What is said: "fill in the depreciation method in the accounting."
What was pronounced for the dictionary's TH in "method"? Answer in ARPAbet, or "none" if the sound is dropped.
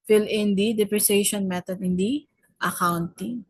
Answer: T